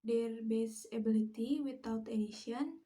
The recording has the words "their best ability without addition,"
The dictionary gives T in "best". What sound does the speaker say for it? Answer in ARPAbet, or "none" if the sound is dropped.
none